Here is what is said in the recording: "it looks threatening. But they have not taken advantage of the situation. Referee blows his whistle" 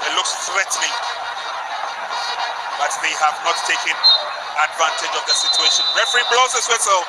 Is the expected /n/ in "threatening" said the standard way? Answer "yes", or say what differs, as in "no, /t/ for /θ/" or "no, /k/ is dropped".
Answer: no, /l/ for /n/